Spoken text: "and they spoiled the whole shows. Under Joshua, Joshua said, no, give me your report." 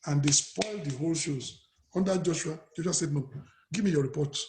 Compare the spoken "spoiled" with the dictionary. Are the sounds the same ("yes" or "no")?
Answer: yes